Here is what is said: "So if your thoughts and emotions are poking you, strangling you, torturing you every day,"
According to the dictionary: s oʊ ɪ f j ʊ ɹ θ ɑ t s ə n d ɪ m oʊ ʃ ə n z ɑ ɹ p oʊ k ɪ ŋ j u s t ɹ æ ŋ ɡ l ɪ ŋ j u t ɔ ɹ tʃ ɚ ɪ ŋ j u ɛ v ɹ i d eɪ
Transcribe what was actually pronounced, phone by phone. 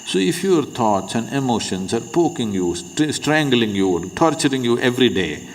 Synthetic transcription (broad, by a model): s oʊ ɪ f j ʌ ɹ t ɑ t s ə n d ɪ m oʊ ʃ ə n s ɑ ɹ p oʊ k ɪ ŋ j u s t ɹ æ ŋ ɡ l ɪ ŋ j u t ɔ ɹ tʃ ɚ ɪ ŋ j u ɛ v ɹ i d eɪ